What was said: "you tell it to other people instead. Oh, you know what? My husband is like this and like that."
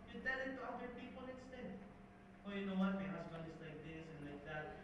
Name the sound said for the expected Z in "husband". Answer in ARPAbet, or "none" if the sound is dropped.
S